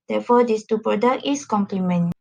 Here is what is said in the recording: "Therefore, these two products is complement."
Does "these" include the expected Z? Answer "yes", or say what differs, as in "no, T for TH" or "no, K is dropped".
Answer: no, S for Z